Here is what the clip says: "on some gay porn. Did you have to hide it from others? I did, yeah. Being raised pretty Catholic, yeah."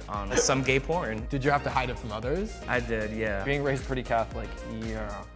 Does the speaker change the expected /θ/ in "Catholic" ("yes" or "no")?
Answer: no